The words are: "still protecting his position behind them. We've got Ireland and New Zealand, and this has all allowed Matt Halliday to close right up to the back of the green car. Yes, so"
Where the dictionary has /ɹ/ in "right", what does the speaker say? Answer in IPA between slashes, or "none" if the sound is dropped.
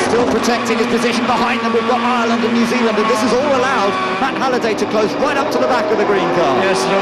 /w/